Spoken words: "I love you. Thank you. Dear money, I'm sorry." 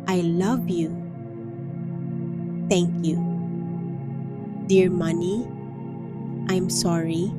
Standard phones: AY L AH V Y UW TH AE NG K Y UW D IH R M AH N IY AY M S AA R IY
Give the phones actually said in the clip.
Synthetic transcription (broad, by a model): AY L AH V Y UW T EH NG K Y UW D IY R M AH N IY AY M S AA R IY